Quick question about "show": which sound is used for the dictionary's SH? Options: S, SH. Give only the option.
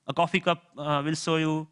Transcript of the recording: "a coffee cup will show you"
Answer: S